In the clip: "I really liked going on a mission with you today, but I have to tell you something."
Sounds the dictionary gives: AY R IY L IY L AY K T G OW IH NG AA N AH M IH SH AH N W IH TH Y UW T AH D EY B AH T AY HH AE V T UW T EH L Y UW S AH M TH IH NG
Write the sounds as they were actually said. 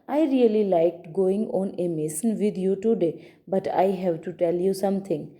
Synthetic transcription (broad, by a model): AY R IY L IY L AY K T G OW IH NG AA N AH M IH S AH N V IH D Y UW T AH D EY B AH T AY HH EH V T UW T EH L Y UW S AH M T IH NG